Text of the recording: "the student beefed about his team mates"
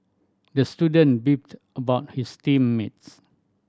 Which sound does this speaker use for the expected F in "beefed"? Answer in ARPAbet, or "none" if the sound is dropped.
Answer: P